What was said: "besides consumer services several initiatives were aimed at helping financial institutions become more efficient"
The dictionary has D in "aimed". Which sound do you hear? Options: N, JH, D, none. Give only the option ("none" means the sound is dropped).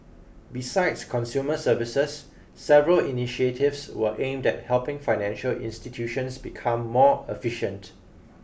D